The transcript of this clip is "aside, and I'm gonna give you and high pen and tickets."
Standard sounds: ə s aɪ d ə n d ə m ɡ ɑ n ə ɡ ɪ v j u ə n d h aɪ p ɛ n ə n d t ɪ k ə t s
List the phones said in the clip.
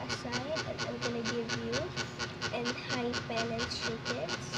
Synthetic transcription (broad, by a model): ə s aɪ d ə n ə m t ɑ l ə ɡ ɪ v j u ə n d h aɪ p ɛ l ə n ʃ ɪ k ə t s